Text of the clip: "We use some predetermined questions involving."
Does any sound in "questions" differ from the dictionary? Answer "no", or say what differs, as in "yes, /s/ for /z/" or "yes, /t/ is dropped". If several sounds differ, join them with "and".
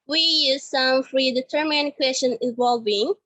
yes, /z/ is dropped